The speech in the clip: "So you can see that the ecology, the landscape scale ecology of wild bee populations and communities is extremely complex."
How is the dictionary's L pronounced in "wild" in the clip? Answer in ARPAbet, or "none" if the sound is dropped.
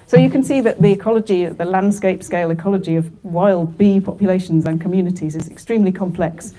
L